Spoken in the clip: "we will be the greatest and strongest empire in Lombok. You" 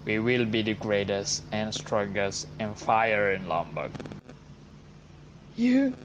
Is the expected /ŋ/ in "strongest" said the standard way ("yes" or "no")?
no